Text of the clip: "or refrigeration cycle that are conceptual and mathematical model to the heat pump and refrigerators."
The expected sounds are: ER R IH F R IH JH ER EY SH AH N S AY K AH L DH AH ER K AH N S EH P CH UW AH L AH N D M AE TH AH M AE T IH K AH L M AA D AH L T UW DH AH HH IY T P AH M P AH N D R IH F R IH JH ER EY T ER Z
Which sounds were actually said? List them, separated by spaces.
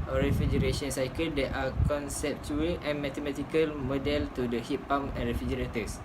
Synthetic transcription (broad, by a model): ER R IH F R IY JH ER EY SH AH N S AY K AH L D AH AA K AH N S EH P CH UW AH L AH N M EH T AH M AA T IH K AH L M AA D AH L T UW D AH HH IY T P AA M AH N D R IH F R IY JH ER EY T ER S